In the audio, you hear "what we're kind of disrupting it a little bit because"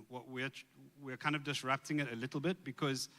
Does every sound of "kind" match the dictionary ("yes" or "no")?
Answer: yes